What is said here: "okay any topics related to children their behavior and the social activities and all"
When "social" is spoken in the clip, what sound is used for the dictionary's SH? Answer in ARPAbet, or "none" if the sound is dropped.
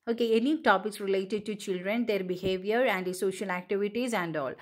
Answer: SH